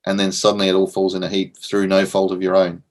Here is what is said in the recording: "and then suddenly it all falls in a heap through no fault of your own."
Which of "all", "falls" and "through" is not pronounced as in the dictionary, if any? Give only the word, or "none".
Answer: none